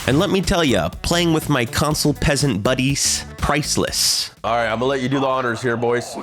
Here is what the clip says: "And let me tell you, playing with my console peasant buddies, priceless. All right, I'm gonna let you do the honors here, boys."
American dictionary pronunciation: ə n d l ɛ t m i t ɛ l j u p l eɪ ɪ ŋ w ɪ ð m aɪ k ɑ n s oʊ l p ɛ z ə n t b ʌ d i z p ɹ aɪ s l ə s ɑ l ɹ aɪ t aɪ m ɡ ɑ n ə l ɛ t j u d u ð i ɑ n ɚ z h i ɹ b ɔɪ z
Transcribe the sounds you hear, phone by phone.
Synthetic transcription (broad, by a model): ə n l ɛ t m i t ɛ l j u p l eɪ ɪ ŋ w ɪ ð m aɪ k ɑ n s l p ɛ z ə n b ʌ d i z p ɹ aɪ s l ə s ɑ l ɹ aɪ t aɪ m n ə l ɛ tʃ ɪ d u ð i ɑ n ɚ z h i ɹ b ɔɪ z